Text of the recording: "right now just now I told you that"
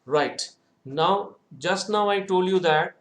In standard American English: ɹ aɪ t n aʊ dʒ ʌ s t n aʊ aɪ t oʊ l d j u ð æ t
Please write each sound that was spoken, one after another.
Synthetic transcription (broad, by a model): ɹ aɪ t n aʊ dʒ ʌ s t n aʊ aɪ t oʊ l d j u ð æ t